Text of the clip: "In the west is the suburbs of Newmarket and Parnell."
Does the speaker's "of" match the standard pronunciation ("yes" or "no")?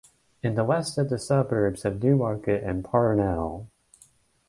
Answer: yes